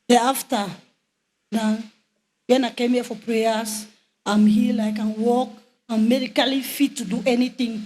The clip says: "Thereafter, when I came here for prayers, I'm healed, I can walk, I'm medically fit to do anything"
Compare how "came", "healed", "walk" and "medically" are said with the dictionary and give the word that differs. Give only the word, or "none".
healed